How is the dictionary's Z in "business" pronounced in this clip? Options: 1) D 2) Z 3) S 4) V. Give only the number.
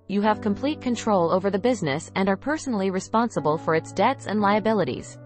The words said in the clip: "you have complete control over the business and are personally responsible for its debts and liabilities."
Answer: 2